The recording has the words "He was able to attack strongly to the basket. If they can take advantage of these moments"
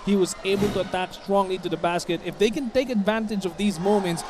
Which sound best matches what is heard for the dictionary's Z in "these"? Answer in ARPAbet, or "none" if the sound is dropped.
Z